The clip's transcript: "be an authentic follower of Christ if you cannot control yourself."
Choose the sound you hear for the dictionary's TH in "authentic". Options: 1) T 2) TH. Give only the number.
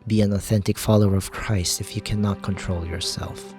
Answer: 2